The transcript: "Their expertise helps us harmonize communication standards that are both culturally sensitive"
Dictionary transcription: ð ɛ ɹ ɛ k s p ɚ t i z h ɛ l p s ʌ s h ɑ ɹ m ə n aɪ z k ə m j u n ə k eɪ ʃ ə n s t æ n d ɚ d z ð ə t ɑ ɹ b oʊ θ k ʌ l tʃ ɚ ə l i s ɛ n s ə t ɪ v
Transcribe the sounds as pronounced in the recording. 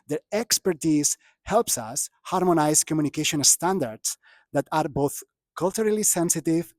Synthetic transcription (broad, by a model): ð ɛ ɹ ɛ k s p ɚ t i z h ɛ l p s ʌ s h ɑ ɹ m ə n aɪ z k ə m j u n ə k eɪ ʃ ə n s t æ n d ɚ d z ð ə t ɑ ɹ b oʊ θ k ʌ l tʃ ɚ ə l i s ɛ n s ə t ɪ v